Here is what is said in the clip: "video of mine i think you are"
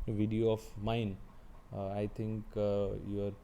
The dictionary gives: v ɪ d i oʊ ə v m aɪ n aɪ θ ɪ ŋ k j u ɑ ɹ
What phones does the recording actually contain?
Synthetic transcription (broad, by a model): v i d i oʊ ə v m aɪ n aɪ t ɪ ŋ k j u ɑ ɹ